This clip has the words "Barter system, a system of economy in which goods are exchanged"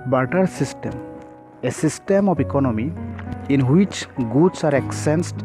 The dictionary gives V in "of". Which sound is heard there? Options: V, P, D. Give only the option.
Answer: P